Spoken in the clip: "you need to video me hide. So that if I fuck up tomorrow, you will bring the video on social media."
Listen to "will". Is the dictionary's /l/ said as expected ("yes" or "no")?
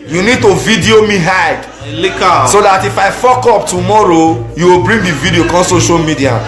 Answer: yes